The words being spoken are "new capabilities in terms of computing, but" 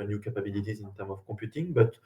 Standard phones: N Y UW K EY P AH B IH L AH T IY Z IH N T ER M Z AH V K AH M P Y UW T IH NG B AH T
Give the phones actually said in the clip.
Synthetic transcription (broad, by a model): N Y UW K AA P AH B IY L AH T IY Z IH N T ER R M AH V K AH P Y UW T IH NG B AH T